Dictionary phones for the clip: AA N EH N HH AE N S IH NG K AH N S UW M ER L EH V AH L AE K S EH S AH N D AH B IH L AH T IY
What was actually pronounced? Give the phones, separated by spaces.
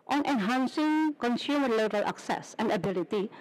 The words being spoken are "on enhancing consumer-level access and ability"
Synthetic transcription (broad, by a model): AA N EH N HH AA N S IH NG K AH N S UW M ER L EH B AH L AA K S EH S AH N D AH B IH L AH T IY